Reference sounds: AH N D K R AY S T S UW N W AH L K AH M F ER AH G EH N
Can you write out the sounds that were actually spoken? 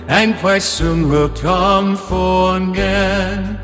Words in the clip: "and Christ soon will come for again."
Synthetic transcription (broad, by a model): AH N K W AY T S UW N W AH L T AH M F ER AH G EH N